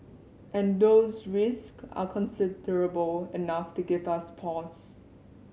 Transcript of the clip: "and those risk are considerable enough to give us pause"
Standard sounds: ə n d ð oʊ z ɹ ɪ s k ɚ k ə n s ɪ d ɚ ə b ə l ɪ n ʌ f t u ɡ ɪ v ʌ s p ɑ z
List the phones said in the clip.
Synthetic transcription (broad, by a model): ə n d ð oʊ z ɹ ɪ s k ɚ k ə n s ɪ d ɚ ə b ə l ɪ n ʌ f t u ɡ ɪ v ʌ s p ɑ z